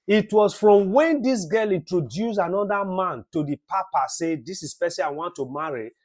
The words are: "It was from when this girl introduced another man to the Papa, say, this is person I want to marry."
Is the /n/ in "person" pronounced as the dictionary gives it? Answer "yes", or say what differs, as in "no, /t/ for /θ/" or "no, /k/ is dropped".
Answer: no, /n/ is dropped